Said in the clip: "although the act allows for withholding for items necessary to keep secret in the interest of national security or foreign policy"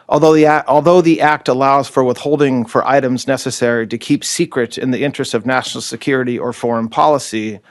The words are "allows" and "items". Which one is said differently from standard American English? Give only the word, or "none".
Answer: none